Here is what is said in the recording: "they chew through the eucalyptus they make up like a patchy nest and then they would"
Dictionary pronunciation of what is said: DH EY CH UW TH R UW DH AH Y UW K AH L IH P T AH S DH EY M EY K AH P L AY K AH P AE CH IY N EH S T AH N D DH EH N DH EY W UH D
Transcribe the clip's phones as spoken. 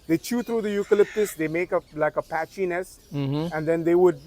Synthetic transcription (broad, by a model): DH EY CH UW T R UW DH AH Y UW K AH L IH P T AH S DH EY M EY K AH L AY K AH P AE CH IY N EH S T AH N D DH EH N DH EY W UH D